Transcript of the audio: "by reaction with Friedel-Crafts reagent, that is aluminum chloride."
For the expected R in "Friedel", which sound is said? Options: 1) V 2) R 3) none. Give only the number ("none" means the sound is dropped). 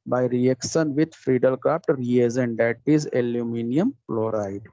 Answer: 2